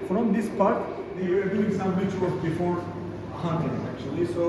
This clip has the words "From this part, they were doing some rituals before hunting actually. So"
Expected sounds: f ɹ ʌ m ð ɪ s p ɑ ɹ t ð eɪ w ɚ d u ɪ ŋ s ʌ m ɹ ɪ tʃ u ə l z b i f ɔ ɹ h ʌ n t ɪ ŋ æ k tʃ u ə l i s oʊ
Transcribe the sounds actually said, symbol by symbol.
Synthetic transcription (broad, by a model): f ɹ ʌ m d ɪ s p ɑ ɹ t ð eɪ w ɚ d u ɪ ŋ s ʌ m w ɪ tʃ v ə z b i f ɔ ɹ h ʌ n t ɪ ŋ æ k tʃ u ə l i s oʊ